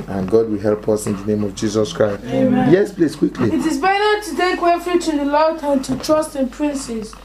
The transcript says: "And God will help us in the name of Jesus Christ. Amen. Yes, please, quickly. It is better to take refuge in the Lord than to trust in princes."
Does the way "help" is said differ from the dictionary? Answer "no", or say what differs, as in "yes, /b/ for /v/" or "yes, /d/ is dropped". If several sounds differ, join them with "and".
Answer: no